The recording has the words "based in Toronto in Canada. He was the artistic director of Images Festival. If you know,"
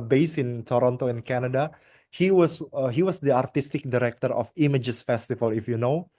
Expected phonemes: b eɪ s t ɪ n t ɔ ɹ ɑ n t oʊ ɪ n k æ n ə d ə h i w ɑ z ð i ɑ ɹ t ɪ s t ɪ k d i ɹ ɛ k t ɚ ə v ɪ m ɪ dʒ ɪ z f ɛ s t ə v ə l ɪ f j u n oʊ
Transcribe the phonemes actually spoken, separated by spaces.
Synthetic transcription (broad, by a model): b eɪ s ɪ n t ɔ ɹ ɑ n t oʊ ɪ n k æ n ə d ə h i w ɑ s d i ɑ ɹ t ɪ s t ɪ k d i ɹ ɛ k t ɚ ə f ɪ m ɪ dʒ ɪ s f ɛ s t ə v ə l ɪ f j u n oʊ